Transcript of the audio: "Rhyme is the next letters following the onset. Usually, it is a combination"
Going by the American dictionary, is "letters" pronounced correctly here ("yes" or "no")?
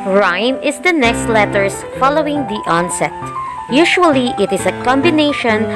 no